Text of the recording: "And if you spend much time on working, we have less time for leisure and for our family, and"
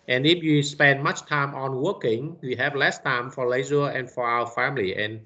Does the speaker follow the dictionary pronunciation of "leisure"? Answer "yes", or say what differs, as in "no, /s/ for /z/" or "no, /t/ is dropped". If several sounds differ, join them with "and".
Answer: no, /z/ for /ʒ/